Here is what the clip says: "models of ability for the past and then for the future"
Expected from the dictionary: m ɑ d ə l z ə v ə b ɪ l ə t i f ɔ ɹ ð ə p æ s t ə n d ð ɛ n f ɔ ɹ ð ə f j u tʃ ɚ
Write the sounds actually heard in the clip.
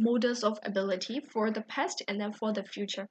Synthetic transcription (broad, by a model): m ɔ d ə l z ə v ə b ɪ l ə t i f ɔ ɹ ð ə p æ s t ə n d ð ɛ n f ɔ ɹ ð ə f j u tʃ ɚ